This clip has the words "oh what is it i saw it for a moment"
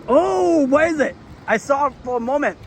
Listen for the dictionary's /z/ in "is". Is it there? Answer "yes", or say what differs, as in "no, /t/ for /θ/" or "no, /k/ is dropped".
yes